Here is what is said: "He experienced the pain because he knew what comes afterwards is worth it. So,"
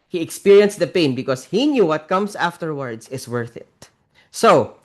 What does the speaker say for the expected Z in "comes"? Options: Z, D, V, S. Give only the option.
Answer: S